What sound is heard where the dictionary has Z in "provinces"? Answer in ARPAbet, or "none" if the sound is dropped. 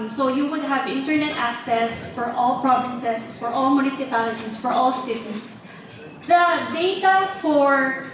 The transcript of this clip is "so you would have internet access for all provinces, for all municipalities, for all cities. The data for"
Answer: S